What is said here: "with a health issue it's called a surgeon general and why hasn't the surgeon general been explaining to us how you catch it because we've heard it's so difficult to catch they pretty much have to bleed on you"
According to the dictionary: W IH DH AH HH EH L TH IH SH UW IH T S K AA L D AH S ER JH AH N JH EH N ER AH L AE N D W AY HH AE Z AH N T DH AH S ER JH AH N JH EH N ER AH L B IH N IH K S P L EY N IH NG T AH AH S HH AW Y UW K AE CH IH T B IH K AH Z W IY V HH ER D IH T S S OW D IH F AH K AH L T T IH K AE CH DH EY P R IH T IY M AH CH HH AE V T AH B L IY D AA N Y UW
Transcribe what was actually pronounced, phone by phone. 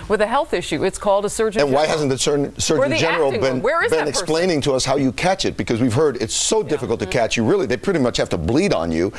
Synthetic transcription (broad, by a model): W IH DH AH HH EH L TH IH SH UW IH T S K AA L D AH S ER AH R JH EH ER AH N W AY HH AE Z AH N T DH AH S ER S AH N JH EH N ER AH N B IH N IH K S P L EY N IH NG T AH AH S HH AW Y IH K AE CH IH T B IH K AH Z W IY V HH ER D IH T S S OW D IH F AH K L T T IH K AE CH DH EY P R IH T IY M AH CH HH AE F T AH B L IY D N Y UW